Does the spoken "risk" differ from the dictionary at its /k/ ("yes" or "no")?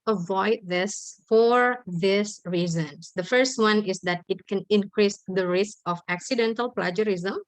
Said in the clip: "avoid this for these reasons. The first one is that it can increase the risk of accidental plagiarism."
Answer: no